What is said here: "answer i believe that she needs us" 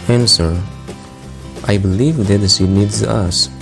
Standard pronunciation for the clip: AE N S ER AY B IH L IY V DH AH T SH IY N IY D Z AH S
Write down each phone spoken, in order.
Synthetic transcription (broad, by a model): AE N S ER AY B IH L IY V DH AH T S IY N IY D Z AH S